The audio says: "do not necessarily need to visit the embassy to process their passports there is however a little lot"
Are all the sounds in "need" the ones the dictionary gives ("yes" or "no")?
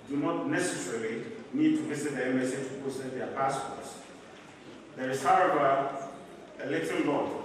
yes